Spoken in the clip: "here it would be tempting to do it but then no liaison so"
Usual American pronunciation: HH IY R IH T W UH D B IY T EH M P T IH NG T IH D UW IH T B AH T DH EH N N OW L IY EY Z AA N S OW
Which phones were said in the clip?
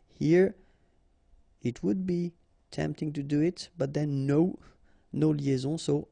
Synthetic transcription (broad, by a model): HH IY R IH T W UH D B IY T EH M P T IH NG T IH D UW IH T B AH T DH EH N N OW L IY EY Z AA S OW